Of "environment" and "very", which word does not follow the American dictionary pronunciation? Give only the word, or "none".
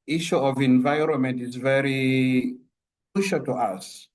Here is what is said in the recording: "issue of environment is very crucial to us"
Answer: none